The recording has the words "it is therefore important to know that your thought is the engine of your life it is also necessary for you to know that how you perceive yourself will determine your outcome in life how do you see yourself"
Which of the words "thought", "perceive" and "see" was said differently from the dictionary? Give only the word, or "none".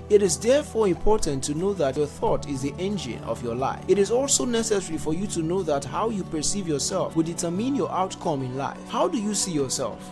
none